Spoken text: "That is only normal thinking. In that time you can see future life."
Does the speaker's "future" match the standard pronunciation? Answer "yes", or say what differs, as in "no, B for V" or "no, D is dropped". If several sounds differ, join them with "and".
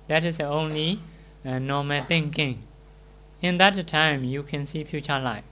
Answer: no, P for F